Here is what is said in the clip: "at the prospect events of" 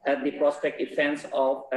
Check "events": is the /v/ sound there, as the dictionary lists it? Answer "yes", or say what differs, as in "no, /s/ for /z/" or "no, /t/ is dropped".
no, /f/ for /v/